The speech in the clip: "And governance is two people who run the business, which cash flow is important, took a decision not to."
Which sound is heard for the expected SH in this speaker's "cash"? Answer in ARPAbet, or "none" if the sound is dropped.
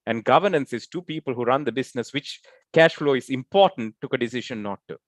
SH